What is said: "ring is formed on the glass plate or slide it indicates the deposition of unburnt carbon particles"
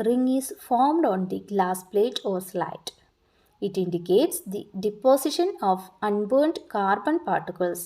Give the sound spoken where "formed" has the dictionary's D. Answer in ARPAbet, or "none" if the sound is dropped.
D